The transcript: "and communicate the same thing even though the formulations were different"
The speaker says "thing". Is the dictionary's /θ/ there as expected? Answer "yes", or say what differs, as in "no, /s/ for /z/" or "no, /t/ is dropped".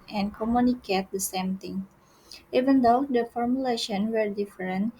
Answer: no, /t/ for /θ/